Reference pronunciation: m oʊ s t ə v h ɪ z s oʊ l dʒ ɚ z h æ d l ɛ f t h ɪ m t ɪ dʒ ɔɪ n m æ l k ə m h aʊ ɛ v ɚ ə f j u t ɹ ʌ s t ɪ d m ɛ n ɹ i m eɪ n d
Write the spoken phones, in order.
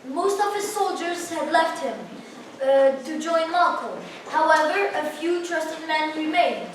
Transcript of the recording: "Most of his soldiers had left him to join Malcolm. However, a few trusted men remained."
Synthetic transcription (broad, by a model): m oʊ s t ə v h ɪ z s oʊ l dʒ ɚ z h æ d l ɛ f t h ɪ m t ɪ dʒ ɔɪ n m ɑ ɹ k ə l h aʊ ɛ v ɚ ə f j u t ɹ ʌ s t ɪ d m ɛ n ɹ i m eɪ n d